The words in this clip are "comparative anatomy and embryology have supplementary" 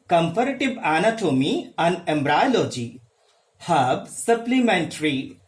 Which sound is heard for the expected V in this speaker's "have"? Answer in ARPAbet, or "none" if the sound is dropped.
B